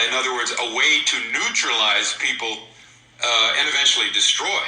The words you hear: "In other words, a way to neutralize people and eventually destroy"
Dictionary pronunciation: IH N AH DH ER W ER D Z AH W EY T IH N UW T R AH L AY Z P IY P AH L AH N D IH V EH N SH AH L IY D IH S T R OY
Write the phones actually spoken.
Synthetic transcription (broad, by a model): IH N AH DH ER W ER D Z AH W EY T IH N UW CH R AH L AY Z P IY P L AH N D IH V EH N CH L IY D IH S T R OY